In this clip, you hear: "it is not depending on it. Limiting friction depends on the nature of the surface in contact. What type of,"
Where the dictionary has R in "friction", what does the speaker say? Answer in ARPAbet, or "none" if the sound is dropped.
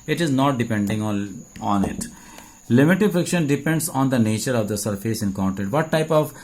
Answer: R